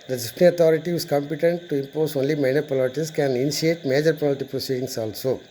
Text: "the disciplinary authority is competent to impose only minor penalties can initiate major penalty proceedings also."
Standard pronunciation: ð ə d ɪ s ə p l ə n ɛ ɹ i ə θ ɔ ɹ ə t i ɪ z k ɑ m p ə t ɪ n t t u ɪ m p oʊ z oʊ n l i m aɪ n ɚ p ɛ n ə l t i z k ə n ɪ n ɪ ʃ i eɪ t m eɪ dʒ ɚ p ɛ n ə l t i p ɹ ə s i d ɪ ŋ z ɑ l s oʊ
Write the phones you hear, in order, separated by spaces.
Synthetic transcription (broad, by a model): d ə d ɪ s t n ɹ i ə t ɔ ɹ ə t i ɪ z k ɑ m p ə t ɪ n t t u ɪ m p oʊ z oʊ n l i m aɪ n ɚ p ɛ l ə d t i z k ə n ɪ n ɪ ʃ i eɪ t m eɪ dʒ ɚ p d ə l t i p ɹ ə s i d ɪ ŋ s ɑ l s oʊ